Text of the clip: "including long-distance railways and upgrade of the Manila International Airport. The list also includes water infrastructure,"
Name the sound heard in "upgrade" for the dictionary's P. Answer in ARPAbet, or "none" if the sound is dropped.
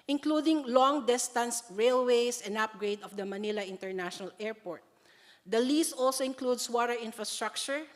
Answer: P